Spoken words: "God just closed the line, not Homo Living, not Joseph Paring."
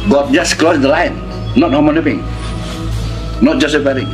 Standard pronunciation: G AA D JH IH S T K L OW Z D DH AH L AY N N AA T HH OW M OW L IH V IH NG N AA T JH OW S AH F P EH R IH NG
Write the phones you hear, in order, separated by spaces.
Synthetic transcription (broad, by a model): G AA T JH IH S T K L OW S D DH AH L AY N N AA T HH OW M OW N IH P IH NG N AA T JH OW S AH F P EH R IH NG